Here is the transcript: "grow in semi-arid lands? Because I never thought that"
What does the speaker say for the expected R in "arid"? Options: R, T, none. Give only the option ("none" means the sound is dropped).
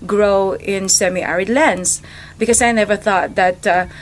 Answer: R